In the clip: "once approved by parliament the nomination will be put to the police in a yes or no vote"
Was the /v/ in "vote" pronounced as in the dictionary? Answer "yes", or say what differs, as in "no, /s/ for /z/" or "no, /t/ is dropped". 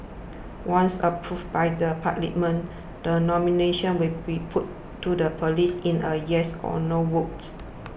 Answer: no, /w/ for /v/